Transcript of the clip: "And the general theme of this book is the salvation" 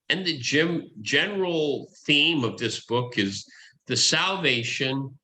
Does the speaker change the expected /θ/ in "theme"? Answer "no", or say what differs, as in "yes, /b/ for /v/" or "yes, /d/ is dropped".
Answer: no